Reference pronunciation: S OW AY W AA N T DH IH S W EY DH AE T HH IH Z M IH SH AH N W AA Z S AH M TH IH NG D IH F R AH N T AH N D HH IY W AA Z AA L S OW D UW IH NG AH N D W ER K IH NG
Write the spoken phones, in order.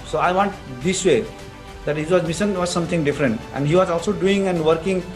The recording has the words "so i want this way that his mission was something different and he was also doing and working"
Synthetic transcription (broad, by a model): S OW AY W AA N T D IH S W EY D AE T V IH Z M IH S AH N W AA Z S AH M T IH NG D IH F R AH N T AH N D HH IY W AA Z AA L S OW D UW IH NG AH N D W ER K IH NG